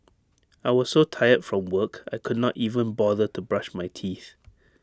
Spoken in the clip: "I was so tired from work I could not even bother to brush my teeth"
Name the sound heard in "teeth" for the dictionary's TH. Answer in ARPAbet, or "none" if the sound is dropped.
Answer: TH